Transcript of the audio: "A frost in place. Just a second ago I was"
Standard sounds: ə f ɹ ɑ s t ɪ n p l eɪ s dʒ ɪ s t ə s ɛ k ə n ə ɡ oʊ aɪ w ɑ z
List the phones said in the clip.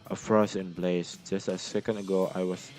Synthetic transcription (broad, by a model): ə f ɹ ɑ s ɪ n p l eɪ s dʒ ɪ s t ə s ɛ k ə n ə ɡ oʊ aɪ w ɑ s